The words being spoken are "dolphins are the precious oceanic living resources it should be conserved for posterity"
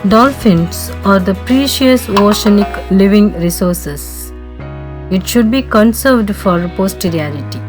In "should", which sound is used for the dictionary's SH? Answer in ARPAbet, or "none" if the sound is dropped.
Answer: SH